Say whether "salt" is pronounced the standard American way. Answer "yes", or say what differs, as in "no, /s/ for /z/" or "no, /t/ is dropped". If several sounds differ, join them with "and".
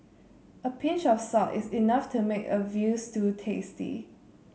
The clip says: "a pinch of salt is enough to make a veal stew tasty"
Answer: no, /l/ is dropped